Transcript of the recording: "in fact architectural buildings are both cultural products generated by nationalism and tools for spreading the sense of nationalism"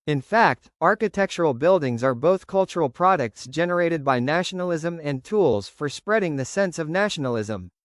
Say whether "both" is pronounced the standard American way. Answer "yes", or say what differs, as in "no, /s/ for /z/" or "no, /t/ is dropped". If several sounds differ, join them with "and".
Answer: yes